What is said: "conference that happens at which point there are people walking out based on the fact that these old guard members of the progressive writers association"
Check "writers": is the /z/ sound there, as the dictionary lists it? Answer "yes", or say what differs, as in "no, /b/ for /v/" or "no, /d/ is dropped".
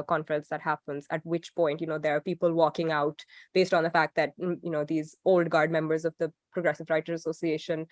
no, /z/ is dropped